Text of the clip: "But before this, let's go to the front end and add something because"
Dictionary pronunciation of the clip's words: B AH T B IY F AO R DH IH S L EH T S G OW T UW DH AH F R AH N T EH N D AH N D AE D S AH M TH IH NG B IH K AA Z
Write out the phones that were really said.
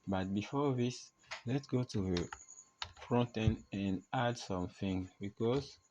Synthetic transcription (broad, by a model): B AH T B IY F AO DH IH S L EH T S G OW T UW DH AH F R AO N T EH N AH N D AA D S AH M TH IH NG B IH K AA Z